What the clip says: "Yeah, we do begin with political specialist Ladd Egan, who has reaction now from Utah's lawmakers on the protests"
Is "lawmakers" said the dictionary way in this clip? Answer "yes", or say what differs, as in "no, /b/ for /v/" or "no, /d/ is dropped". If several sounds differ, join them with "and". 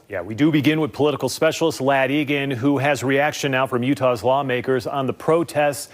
yes